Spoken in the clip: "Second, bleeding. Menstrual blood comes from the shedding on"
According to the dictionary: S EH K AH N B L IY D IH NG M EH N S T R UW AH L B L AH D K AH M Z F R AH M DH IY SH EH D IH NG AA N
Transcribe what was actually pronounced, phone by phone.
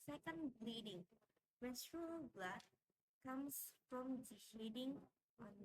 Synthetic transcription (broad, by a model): S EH K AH N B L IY D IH NG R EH S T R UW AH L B L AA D K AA M S F R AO M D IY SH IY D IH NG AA N